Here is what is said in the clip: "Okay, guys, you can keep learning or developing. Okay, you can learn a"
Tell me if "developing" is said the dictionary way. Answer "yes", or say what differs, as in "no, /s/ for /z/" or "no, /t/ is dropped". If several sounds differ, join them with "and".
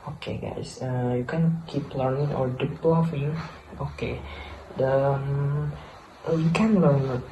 no, /f/ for /p/